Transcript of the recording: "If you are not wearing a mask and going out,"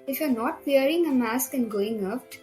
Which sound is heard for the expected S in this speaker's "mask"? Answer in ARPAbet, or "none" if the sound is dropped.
S